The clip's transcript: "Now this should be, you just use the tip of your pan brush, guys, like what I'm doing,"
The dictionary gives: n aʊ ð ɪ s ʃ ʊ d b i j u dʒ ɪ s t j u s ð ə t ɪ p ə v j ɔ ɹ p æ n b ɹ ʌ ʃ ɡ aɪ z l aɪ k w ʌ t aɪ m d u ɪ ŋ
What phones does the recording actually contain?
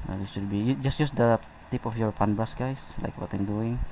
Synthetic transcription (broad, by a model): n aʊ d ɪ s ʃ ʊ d b i j u dʒ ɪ s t j u s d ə t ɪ p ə f j ɔ ɹ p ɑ n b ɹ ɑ s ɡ aɪ s l aɪ k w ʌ t aɪ m d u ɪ ŋ